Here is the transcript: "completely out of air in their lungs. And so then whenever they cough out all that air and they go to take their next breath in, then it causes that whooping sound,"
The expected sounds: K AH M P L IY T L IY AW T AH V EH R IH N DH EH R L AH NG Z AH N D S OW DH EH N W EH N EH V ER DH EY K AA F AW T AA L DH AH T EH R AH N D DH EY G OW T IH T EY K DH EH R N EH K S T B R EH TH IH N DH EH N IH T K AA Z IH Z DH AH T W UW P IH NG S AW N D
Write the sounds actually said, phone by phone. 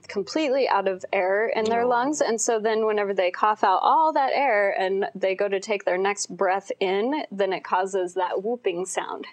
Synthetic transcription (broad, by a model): K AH M P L IY T L IY AW T AH V EH R IH N DH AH R L AH NG Z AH N S OW DH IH N W EH N EH V ER DH EY K AA F AW T AA L DH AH T EH R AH N DH EY G OW T IH T EY K DH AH R N EH K S T B R EH TH IH N DH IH N IH T K AA Z IH Z DH AH T W UW P IH NG S AW N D